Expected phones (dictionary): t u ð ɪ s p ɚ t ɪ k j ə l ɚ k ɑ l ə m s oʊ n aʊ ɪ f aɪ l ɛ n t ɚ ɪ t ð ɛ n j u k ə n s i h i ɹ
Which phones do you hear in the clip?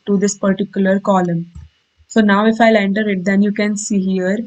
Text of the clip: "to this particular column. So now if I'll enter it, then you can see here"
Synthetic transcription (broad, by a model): t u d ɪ s p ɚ t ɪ k j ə l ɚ k ɑ l ə m s oʊ n aʊ ɪ f aɪ l ɛ n t ɚ ɪ t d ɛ n j u k ə n s i h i ɹ